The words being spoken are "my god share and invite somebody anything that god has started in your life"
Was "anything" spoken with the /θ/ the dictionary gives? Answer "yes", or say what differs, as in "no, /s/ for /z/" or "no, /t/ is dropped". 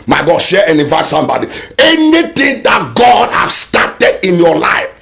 no, /t/ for /θ/